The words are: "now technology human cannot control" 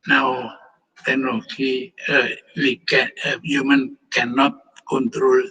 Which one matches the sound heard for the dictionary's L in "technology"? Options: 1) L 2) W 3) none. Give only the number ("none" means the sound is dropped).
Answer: 2